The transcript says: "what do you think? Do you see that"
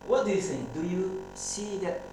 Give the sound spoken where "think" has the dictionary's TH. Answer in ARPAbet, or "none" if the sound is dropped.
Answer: S